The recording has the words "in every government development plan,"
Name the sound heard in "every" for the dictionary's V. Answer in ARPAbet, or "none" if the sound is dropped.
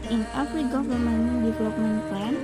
F